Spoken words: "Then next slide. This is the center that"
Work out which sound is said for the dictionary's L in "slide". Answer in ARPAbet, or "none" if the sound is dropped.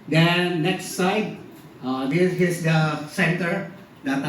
none